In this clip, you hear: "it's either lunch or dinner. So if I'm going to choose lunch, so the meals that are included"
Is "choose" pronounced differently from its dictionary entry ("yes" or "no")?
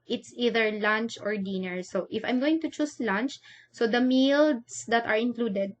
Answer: yes